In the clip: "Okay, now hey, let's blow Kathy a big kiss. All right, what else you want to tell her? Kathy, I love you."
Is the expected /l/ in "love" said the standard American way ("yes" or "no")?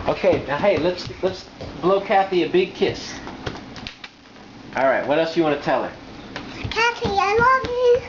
no